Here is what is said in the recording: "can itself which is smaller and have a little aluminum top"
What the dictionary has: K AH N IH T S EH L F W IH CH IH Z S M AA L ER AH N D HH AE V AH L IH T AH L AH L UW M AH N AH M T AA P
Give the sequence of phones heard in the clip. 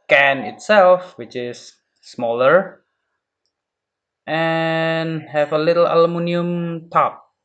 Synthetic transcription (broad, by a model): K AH N IH T S EH L F W IH CH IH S M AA L ER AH N HH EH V AH L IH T L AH L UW M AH N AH M T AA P